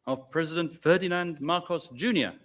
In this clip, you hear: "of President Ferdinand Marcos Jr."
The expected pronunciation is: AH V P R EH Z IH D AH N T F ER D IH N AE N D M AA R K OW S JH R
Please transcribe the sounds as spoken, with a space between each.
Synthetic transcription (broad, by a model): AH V P R EH Z IH D AH N T F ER D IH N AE N D M AA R K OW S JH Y